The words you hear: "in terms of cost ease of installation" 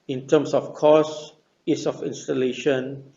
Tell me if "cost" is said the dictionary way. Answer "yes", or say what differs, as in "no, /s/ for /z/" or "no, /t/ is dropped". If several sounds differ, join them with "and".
no, /t/ is dropped